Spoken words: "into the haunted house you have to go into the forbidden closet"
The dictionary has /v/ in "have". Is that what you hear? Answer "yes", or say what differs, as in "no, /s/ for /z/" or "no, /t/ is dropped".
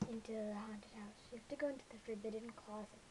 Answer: no, /f/ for /v/